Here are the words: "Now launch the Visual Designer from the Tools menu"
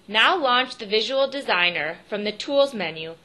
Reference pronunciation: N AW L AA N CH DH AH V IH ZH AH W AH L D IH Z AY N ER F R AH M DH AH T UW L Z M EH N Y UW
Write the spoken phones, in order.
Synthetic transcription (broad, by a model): N AW L AA N CH DH AH V IH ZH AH W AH L D IH Z AY N ER F R AH M DH AH T UW L Z M EH N Y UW